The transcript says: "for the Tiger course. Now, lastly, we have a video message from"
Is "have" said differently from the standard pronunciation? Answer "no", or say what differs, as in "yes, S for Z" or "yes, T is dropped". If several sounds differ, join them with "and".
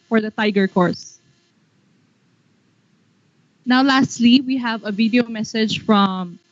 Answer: no